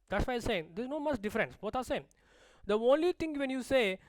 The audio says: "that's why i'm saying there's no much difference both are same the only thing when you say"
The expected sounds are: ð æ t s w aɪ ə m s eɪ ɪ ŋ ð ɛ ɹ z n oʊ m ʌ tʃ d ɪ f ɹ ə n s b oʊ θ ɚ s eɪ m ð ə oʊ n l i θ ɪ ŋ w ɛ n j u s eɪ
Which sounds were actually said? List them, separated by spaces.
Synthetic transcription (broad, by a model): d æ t s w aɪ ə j s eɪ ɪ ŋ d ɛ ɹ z n oʊ m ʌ s d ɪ f ɹ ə n s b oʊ t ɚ s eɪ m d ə oʊ n l i t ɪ ŋ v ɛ n j u s eɪ